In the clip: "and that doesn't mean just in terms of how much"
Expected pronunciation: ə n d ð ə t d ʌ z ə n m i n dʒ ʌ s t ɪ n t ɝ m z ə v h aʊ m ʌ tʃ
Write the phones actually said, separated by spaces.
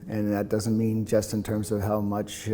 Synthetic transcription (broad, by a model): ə n ð ə t d ʌ z ə n m i n dʒ ʌ s t ɪ n t ɝ m z ə v h aʊ m ʌ tʃ